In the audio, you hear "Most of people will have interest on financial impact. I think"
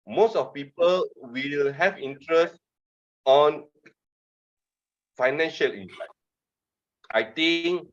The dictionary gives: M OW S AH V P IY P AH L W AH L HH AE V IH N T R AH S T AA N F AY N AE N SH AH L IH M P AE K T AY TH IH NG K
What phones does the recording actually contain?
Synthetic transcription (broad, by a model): M OW S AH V P IY P AH L W AH L HH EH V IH N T R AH S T AA N F AY N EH N SH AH L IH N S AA T AY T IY NG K